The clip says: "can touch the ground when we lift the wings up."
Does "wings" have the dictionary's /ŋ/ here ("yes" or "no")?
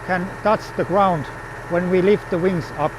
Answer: yes